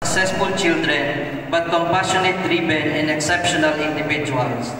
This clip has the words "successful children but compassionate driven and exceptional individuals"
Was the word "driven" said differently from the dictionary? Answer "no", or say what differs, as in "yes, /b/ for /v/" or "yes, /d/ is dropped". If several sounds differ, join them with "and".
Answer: yes, /b/ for /v/